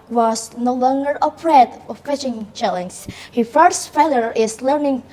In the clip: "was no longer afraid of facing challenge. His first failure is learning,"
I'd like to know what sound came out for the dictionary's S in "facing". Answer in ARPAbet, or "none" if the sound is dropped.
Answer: SH